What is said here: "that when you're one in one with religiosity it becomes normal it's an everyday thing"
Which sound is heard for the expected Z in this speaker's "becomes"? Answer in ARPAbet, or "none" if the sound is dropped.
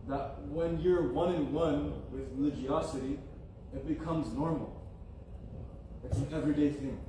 Z